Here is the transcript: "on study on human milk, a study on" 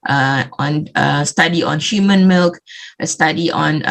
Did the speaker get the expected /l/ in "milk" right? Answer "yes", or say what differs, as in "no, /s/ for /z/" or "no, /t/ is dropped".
yes